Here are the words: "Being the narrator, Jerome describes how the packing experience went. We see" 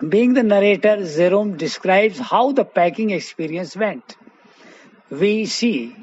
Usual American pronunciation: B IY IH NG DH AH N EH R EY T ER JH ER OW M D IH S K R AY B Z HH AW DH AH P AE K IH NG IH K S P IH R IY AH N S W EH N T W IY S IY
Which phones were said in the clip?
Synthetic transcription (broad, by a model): B IY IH NG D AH N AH R EY T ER Z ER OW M D IH S K R AY B Z HH AW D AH P AE K IH NG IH K S P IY R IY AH N S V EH N T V IY S IY